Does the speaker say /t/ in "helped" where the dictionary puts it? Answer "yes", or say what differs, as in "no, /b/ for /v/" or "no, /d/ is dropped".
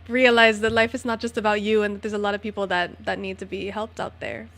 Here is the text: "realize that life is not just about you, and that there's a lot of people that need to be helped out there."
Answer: yes